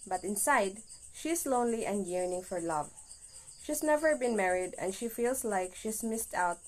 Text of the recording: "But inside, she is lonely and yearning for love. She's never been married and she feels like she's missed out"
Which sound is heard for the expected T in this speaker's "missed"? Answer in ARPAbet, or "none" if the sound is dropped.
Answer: T